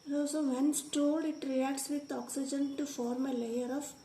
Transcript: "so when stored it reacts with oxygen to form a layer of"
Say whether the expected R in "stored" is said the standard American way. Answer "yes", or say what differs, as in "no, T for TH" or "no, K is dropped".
no, L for R